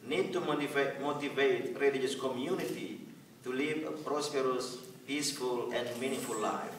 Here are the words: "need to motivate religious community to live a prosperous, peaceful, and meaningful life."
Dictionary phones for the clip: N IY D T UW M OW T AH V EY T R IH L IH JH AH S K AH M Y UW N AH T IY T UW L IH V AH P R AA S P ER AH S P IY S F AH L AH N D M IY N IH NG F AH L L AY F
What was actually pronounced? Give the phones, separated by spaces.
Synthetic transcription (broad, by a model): N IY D T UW M OW T AH V EY T R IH L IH JH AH S K AH M Y UW N AH T IY T UW L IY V AH P R AA S P ER AH S P IY S F AH L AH N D M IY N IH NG F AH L L AY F